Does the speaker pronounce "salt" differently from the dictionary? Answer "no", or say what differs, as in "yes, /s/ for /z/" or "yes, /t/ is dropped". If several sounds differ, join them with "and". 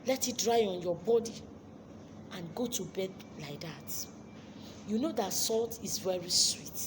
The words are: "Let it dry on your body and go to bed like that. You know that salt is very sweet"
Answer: no